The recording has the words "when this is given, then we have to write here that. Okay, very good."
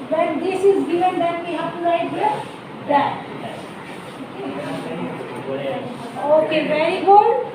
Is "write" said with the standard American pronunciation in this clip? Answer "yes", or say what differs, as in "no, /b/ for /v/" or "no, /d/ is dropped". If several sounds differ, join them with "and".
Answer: no, /l/ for /ɹ/